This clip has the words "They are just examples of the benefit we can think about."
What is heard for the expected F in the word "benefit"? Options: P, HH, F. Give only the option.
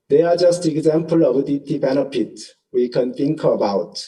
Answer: P